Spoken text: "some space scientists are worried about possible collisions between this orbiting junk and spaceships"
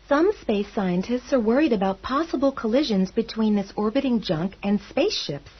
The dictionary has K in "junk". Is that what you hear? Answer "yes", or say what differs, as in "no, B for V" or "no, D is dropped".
yes